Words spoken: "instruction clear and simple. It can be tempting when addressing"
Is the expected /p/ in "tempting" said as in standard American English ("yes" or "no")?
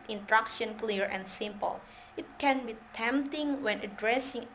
yes